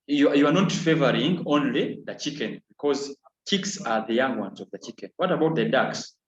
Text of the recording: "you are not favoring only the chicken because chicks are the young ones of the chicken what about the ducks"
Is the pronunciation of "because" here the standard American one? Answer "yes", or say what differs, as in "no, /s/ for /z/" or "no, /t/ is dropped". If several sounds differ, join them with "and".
yes